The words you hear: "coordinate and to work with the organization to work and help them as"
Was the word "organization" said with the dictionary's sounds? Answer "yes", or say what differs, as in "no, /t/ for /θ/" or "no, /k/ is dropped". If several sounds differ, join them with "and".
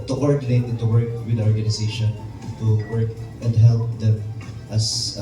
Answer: no, /s/ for /z/